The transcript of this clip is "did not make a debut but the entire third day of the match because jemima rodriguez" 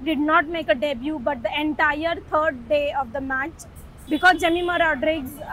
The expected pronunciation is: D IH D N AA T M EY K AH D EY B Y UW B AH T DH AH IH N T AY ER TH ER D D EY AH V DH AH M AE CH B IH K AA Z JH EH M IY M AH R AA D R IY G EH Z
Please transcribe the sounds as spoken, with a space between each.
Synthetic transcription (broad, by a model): D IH D N AA T M EY K AH D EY B Y UW B AH T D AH IH N T AY ER T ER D D EY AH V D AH M AE CH B IH K AA Z JH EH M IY M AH R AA D R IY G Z